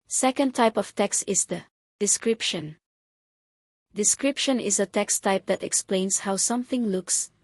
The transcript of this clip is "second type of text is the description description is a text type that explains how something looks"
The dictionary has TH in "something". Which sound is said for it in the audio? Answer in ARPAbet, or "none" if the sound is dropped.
TH